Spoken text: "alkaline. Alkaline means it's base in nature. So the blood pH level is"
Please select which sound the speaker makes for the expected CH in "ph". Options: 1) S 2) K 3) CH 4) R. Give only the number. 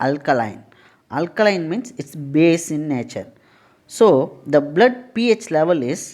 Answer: 3